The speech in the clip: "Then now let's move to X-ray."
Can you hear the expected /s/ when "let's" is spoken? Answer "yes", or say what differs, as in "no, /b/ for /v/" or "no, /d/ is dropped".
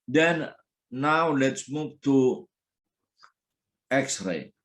yes